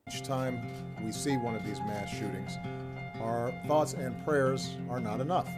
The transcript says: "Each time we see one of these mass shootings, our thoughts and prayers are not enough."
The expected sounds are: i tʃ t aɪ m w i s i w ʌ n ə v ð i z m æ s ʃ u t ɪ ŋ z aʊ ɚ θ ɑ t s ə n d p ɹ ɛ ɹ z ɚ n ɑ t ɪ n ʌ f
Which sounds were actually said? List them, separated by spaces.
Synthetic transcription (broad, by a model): tʃ t aɪ m w i s i w ʌ n ə v ð i z m æ s ʃ u t ɪ ŋ z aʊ ɚ θ ɑ t s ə n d p ɹ ɛ ɹ z ɚ n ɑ t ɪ n ʌ f